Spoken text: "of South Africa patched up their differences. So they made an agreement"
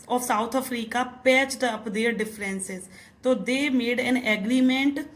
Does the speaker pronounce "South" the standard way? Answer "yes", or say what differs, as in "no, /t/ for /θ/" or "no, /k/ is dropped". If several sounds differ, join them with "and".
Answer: no, /t/ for /θ/